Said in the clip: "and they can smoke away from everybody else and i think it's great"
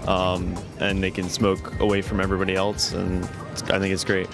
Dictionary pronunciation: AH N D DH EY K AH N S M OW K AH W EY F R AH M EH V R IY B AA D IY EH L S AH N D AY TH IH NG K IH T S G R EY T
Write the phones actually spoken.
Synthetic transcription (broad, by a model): AH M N DH EY K AH N S M OW K AH W EY F R AH M EH V R IY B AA D IY EH L S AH N AY TH IH NG K IH T S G R EY T